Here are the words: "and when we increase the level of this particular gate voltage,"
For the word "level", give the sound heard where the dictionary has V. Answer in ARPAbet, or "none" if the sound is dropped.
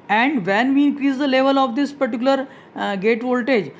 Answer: V